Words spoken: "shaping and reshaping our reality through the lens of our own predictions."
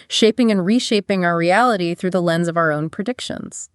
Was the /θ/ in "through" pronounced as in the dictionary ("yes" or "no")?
yes